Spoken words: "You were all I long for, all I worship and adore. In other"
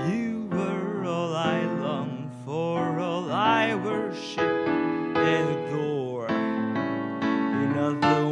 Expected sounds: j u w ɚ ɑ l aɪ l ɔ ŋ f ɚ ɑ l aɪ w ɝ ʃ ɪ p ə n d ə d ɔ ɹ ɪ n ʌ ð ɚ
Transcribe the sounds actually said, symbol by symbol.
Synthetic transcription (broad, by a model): j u w ɚ ɑ l aɪ l ɔ ŋ f ɚ ɑ l aɪ w ɝ ʃ ɪ p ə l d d ɔ ɹ ɪ n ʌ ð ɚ